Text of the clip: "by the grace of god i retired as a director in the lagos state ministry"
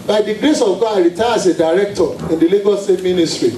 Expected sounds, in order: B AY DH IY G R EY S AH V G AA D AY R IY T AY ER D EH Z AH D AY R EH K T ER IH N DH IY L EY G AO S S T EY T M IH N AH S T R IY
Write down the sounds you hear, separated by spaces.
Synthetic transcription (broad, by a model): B AY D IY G R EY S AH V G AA AY R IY T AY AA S AH D AY R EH K T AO IH N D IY L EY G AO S S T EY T M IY N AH S T R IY